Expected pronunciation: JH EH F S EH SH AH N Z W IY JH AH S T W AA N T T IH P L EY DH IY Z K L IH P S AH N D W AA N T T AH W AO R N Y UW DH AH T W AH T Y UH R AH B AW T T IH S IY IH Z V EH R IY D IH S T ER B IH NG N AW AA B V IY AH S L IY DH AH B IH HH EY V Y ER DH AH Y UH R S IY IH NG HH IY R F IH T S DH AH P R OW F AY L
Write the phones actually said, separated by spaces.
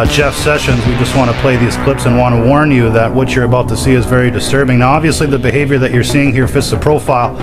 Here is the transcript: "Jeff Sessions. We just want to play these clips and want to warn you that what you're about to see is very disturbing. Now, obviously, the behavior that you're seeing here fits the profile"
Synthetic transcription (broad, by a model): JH EH F S EH SH AH N Z W IY JH AH S T W AA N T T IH P L EY DH IY Z K L IH P S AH N W AA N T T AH W AO R N Y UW DH AH T W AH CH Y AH R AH B AW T T IH S IY IH Z V EH R IY D IH S T ER B IH NG N AW AA B V IY AH S L IY DH AH B IH HH EY V Y ER DH AH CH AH R S IY IH NG HH IY R F IH T S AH P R OW F AY L